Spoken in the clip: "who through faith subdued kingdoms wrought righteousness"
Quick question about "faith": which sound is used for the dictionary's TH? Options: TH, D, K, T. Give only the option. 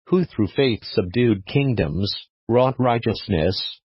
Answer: TH